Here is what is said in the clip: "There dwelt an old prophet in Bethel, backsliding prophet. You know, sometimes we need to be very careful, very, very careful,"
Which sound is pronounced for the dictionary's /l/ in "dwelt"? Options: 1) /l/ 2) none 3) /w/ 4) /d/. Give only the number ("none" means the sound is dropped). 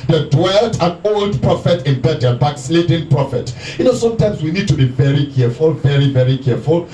1